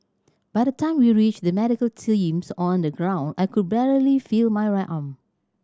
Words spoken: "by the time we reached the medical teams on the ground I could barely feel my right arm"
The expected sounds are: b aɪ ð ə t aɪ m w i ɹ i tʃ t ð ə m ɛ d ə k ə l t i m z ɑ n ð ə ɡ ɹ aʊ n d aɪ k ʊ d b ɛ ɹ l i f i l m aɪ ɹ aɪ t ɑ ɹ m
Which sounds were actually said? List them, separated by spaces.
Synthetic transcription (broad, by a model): b aɪ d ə t aɪ m w i ɹ i tʃ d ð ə m ɛ d ə k ə l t i m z ɑ n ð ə ɡ ɹ aʊ n d aɪ k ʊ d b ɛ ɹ l i f i l m aɪ ɹ aɪ t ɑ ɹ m